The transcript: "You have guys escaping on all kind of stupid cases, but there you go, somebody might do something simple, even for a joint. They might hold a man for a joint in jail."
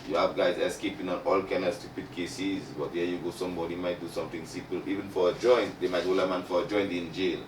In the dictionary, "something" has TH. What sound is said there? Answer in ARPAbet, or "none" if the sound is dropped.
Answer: T